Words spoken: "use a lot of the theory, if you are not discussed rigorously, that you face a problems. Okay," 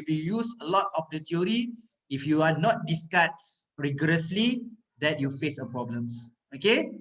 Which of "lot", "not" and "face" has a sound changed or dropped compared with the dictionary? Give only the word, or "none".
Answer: none